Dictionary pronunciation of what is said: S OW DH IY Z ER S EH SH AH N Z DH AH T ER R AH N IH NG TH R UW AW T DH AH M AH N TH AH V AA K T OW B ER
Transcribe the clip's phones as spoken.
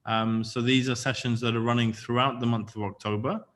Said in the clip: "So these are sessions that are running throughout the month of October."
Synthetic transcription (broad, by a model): S OW DH IY Z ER S EH SH AH N Z DH AH T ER R AH N IH NG TH R UW AW T DH AH M AH N TH AH V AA K T OW B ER